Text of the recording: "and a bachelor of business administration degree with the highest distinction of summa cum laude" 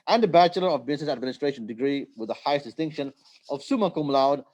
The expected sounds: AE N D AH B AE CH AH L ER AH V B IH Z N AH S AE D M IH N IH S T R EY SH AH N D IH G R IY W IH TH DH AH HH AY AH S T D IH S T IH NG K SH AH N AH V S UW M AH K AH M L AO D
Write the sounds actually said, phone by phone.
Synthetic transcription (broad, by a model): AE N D AH B AE CH AH L ER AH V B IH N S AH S AE D M IH N IH S T R EY SH AH N D IH G R IY W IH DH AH HH AY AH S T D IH S T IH NG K SH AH N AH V S UW M AH K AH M L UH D